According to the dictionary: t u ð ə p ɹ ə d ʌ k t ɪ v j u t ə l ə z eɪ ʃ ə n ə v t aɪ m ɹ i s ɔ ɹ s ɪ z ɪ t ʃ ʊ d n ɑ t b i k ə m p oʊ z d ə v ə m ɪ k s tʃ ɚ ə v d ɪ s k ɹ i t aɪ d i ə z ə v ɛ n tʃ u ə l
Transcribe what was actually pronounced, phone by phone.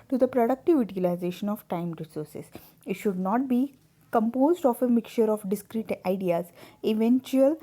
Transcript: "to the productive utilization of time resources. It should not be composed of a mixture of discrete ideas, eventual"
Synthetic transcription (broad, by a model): t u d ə p ɹ ə d ʌ k t ɪ v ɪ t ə l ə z eɪ ʃ ə n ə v t aɪ m ɹ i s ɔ ɹ s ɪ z ɪ t ʃ ʊ d n ɑ t b i k ə m p oʊ z d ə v ə m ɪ k tʃ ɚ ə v d ɪ s k ɹ i t aɪ d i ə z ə v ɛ n tʃ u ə l